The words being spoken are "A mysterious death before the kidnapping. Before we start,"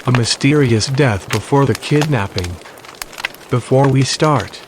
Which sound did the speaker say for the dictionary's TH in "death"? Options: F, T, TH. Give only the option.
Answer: TH